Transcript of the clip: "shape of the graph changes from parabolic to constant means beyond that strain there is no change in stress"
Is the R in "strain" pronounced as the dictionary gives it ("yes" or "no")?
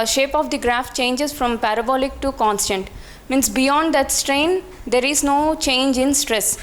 yes